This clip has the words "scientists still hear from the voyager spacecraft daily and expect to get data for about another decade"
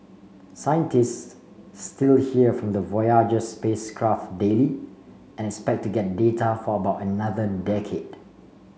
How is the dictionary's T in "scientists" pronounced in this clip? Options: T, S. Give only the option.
T